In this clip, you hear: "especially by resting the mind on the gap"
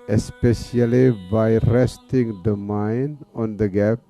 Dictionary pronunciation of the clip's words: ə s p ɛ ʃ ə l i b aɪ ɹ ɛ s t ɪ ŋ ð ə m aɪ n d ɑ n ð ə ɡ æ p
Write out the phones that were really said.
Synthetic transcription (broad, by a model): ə s p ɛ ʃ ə l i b aɪ ɹ ɛ s t ɪ ŋ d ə m aɪ n ɑ n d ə ɡ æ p